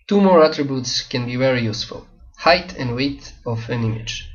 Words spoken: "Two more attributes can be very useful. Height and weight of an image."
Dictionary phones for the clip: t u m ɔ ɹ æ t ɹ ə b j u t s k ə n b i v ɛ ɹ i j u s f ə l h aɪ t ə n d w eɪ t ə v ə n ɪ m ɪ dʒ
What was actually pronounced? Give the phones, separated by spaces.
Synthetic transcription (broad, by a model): t u m ɔ ɹ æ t ɹ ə b j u t s k ə n b i v ɛ ɹ i j u s f ə l h aɪ t ə n d w eɪ t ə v ə n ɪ m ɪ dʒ